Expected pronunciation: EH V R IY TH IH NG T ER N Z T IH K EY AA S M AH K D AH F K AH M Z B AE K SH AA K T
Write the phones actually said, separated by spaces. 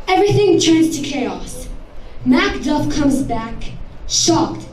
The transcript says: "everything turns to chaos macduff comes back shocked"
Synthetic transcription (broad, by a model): EH V R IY TH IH NG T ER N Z T IH K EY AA S M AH K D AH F K AH M Z B AE K SH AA K T